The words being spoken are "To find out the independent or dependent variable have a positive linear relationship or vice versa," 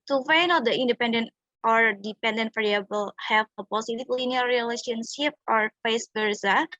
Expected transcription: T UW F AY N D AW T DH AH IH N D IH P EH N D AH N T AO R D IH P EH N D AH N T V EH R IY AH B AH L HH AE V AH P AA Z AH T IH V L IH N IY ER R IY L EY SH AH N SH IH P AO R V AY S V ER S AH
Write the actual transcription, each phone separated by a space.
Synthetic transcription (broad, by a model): T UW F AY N AW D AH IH N D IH P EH N D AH N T AO R D IH P EH N D AH N T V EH R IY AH B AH L HH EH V AH P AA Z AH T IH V L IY N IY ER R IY L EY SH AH N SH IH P AO R F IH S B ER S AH